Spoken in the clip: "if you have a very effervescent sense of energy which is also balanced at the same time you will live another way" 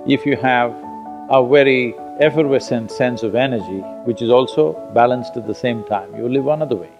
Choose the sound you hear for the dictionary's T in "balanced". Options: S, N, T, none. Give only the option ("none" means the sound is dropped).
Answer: T